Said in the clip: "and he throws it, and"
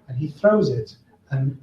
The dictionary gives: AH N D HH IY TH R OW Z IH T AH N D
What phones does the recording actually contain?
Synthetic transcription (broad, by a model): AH N IY TH R OW Z IH T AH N